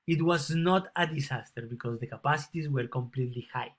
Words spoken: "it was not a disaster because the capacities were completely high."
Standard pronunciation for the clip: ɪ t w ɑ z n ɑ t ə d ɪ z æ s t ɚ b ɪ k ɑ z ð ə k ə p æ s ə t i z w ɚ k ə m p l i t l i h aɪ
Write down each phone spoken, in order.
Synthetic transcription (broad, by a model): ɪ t w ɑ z n ɑ t ə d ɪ s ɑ s t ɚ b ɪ k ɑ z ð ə k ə p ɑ s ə t i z w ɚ k ə m p l i t l i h aɪ